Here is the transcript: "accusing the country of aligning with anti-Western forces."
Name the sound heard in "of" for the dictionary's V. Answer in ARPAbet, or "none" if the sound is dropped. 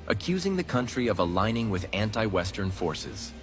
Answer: V